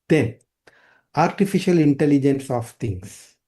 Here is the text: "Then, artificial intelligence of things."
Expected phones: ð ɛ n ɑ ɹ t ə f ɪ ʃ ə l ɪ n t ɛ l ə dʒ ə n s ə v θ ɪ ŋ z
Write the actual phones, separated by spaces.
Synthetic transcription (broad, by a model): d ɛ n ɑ ɹ t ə f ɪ ʃ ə l ɪ n t ɛ l ə dʒ ə n s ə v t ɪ ŋ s